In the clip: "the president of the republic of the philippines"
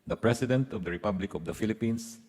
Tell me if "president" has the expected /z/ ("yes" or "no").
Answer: no